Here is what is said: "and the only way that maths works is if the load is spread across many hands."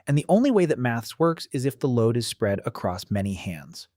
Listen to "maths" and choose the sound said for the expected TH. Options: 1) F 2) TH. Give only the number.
2